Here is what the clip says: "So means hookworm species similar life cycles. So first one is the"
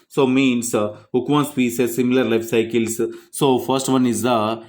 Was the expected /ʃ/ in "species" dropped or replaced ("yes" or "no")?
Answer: yes